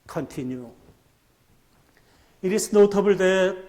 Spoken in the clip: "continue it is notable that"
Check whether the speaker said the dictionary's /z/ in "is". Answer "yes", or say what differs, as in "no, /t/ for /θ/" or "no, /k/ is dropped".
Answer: no, /s/ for /z/